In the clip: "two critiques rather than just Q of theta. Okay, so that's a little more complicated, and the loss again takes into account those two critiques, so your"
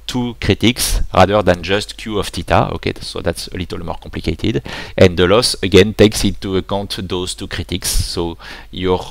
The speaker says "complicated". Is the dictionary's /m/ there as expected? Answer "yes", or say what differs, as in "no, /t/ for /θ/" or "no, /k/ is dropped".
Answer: no, /m/ is dropped